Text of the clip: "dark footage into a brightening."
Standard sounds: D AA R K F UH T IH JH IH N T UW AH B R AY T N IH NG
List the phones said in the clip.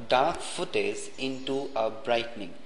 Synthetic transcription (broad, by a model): D AA R K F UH T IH Z IH N T UW AH B R AY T N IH NG